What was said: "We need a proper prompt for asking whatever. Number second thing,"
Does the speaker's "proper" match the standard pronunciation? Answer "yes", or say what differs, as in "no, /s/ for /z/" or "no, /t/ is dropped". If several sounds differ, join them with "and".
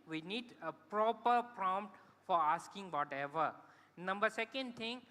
yes